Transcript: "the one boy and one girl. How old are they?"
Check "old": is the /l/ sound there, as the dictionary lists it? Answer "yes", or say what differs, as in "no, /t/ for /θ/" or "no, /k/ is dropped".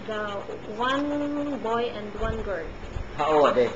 no, /l/ is dropped